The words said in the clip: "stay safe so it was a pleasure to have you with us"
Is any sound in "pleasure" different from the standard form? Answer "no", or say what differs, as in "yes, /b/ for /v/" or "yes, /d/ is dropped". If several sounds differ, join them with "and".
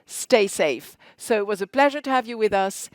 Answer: no